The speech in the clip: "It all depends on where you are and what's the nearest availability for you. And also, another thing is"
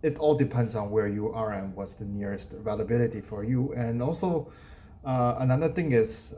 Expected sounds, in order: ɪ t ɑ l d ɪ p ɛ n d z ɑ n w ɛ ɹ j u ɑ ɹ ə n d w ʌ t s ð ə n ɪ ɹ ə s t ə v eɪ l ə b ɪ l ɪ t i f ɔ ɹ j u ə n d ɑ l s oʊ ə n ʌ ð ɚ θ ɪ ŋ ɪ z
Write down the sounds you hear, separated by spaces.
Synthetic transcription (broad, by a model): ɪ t ɑ l d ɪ p ɛ n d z ɑ n w ɛ ɹ j u ɑ ɹ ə n w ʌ t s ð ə n ɪ ɹ ə s t v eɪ l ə b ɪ l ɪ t i f ɔ ɹ j u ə n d ɑ l s oʊ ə n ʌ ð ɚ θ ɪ ŋ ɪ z